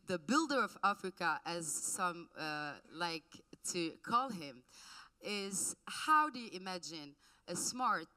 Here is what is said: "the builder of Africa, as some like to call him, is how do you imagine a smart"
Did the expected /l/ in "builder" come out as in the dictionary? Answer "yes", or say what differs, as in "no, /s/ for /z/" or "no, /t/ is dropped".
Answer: yes